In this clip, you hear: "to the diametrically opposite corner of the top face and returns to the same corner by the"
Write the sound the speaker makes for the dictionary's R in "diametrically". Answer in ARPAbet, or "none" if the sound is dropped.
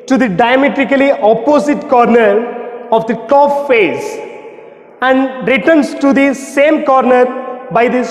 R